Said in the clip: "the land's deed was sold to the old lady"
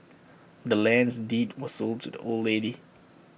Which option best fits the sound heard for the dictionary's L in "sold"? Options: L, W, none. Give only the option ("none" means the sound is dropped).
L